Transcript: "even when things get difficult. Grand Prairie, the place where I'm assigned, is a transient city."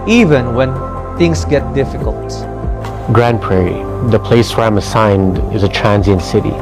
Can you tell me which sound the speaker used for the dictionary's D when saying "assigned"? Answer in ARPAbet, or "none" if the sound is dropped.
D